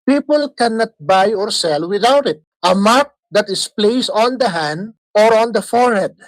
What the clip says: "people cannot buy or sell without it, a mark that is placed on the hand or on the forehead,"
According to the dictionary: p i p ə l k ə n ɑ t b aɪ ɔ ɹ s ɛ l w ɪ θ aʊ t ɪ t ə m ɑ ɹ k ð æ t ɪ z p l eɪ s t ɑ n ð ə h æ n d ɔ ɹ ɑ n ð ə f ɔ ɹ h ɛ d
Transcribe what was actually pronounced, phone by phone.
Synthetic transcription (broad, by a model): p i p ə l k ə n ɑ t b aɪ ɔ ɹ s ɛ l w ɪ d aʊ t ɪ t ə m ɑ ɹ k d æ t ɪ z p l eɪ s ɑ n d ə h æ n d ɔ ɹ ɑ n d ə f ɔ ɹ h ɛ d